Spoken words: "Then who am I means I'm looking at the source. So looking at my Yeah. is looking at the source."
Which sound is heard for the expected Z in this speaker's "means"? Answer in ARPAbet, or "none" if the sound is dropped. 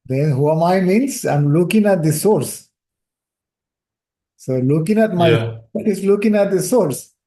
S